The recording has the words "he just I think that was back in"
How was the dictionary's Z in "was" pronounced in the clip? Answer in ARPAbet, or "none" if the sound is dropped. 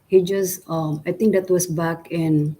S